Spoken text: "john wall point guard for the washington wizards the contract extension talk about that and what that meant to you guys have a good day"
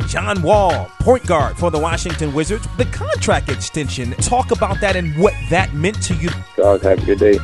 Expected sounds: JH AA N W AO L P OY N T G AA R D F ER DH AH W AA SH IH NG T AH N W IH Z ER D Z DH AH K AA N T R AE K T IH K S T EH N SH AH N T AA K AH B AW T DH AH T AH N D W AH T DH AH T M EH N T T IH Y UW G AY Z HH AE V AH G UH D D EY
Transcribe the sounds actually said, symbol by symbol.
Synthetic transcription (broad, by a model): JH AA N W AO L P OY N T G AA R D F ER DH AH W AA SH IH NG T AH N W IH Z ER D Z DH AH K AA N T R AE K T IH K S T EH N SH AH N T AA K AH B AW T DH AH T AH N W AH T DH AH T M EH N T T IH Y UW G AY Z HH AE P AH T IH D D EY